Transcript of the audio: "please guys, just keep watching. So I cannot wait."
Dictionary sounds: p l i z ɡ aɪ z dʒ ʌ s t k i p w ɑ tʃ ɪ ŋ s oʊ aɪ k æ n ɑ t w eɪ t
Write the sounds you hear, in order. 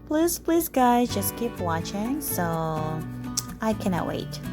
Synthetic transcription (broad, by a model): p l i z ɡ aɪ z dʒ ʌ s k i p w ɑ tʃ ɪ ŋ s oʊ aɪ k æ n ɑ t w eɪ t